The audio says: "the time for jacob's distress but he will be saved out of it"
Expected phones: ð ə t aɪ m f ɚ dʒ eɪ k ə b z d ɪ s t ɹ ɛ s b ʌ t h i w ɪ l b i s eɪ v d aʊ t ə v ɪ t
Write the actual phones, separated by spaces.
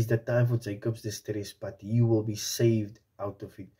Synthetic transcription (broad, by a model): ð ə t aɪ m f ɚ dʒ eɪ k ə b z d ɪ s t ɹ ɛ s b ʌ t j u w ɪ l b i s eɪ v d aʊ t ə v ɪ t